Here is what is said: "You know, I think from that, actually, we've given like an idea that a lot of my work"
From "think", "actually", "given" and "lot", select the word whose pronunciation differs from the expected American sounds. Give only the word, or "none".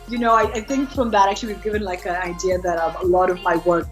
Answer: none